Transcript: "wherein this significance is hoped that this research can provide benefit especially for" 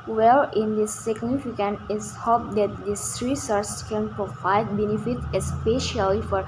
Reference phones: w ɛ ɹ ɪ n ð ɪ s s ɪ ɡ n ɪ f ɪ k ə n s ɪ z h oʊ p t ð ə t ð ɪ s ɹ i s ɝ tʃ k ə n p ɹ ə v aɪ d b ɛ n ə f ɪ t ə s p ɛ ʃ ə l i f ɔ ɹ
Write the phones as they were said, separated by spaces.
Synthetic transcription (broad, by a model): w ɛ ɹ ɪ n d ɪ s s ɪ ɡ n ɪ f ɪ k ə n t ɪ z h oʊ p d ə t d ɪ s ɹ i s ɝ s k ə n p ɹ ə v aɪ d b ɛ n ə f ɪ t ə s p ɛ ʃ ə l i f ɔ ɹ